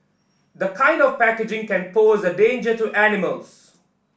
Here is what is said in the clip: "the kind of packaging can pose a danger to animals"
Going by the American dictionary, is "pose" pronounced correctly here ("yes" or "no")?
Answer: yes